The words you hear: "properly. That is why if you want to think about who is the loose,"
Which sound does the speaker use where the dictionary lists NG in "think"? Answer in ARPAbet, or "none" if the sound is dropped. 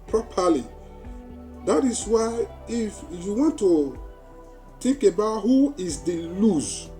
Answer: none